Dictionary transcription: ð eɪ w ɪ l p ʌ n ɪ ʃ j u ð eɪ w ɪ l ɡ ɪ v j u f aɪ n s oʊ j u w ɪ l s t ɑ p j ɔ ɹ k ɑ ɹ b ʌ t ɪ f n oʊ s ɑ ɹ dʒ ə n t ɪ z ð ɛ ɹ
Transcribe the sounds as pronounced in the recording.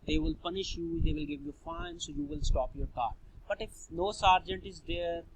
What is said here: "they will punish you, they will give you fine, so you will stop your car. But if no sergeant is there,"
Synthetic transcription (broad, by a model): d eɪ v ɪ l p ʌ n ɪ ʃ j u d eɪ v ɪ l ɡ ɪ v j u f aɪ n s oʊ j u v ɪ l s t ɑ p j ɔ ɹ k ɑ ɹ b ʌ t ɪ f n oʊ s ɑ ɹ dʒ ə n t ɪ z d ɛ ɹ